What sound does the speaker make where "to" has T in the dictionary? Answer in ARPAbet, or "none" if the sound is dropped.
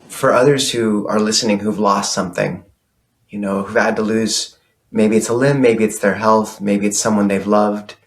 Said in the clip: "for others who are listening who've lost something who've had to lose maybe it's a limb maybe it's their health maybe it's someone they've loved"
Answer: T